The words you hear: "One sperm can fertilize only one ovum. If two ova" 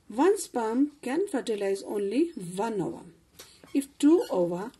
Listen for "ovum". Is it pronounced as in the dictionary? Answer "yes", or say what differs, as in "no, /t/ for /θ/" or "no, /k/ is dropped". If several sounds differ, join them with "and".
no, /m/ is dropped